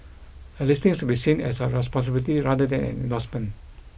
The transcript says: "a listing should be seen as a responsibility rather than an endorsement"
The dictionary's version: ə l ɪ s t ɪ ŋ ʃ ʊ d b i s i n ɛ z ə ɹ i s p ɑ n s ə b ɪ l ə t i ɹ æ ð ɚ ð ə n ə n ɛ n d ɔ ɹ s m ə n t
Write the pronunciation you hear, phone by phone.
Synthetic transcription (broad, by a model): ə l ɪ s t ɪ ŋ s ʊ b i s i n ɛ s ə ɹ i s p ɑ n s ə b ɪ l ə t i ɹ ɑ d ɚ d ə n ə n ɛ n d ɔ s m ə n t